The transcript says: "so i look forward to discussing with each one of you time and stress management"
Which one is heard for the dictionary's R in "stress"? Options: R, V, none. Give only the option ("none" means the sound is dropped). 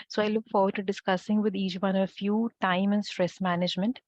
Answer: R